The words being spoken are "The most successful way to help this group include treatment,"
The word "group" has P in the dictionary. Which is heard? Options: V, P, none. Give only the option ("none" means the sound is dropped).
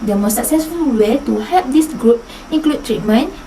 P